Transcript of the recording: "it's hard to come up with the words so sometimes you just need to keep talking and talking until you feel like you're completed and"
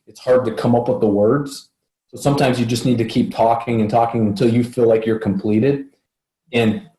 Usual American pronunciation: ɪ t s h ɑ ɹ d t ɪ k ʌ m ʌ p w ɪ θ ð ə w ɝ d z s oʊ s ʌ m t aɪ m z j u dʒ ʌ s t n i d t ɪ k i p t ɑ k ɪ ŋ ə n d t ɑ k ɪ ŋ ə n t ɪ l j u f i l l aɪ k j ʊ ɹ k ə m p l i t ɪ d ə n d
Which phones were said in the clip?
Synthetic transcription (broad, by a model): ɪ t s h ɑ ɹ d t ɪ k ʌ m ʌ p w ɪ ð ə w ɝ d z s oʊ s ʌ m t aɪ m z j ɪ dʒ ʌ s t n i d t ɪ k i p t ɑ k ɪ ŋ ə n t ɑ k ɪ ŋ ə n t ɪ l j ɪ f i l l aɪ k j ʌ ɹ k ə m p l i t ɪ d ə n